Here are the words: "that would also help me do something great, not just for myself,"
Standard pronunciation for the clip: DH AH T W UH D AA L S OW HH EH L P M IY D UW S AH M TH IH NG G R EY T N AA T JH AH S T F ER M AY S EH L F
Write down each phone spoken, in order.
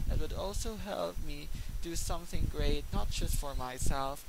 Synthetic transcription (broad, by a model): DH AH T W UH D AA L S OW HH EH L P M IY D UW S AH M TH IH NG G R EY T N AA T JH AH S T F ER M AY S EH L F